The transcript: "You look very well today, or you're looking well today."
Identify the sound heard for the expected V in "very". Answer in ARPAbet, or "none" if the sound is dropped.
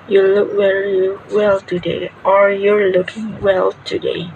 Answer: W